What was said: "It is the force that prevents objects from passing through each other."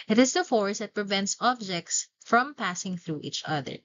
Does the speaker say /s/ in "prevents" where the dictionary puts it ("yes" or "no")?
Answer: yes